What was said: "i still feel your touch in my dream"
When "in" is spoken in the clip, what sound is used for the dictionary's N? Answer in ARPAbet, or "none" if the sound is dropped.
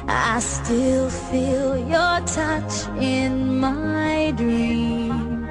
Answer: N